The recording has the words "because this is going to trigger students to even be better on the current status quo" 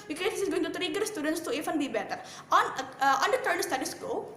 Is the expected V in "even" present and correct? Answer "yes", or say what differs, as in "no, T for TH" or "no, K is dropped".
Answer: no, F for V